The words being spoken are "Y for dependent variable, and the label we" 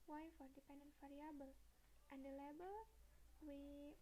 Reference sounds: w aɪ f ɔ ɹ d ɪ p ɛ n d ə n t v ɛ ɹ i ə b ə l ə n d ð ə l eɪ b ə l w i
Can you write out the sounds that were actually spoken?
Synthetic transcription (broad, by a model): w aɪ f ɔ ɹ d ɪ p ɛ n d ə n t f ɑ ɹ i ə b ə l ə n d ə l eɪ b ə l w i